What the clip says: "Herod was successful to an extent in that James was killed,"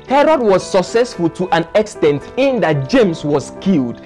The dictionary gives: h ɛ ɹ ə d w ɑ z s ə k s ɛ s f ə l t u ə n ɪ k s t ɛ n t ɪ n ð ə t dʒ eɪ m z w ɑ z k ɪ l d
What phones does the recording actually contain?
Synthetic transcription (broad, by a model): h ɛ ɹ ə d w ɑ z s ə k s ɛ s f ə l t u ə n ɪ k s t ɛ n t ɪ n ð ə t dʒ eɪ m s w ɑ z k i l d